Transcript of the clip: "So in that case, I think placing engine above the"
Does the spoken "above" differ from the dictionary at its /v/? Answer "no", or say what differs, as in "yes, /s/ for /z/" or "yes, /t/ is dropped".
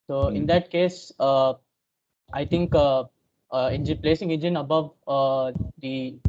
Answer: no